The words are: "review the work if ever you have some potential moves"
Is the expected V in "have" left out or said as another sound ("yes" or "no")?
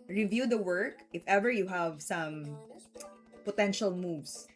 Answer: no